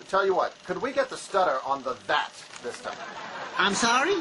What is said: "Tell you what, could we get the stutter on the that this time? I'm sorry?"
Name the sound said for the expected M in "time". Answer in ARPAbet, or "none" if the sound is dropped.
none